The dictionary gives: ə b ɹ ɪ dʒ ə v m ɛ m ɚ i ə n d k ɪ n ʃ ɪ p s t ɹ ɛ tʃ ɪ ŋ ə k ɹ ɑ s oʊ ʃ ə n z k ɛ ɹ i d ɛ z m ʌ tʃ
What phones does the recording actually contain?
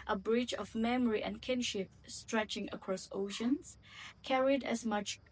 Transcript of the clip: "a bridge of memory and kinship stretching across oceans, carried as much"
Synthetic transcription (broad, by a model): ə b ɹ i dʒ ə v m ɛ m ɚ i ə n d k ɪ n ʃ ɪ p s t ɹ ɛ tʃ ɪ ŋ ə k ɹ ɑ s oʊ ʃ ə n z k ɛ ɹ i d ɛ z m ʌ tʃ